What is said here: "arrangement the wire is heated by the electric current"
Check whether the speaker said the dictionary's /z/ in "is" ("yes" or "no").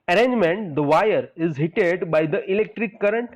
yes